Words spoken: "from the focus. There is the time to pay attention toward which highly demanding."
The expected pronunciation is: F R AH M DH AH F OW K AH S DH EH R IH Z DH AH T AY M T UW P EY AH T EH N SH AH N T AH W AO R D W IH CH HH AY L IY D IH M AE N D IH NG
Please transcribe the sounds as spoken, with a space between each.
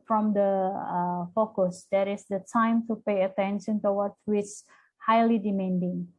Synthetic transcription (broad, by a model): F R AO M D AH F OW K AH S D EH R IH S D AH T AY M T UW P EY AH T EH N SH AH N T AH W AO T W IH S HH AY L IY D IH M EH N D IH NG